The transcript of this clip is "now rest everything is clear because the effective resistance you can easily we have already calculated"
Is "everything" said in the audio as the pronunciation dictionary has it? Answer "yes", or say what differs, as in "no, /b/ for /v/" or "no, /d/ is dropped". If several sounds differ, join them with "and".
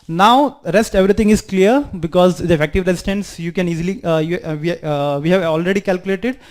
no, /t/ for /θ/